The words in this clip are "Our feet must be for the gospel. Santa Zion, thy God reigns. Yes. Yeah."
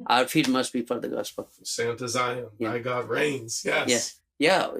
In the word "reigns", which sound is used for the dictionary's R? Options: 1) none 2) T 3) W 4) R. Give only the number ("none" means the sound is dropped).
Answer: 4